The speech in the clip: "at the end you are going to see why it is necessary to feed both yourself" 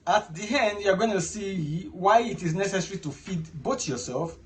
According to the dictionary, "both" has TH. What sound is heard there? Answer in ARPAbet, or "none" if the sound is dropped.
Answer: T